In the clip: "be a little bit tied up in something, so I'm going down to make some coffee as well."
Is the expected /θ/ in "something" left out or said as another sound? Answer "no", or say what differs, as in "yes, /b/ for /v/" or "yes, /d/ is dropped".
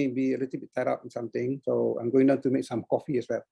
yes, /t/ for /θ/